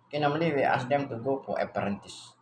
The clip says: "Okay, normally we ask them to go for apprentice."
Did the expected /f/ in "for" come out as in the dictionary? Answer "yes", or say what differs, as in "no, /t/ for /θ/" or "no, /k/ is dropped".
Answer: no, /p/ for /f/